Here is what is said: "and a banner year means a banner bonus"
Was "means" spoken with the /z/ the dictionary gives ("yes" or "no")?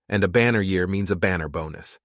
yes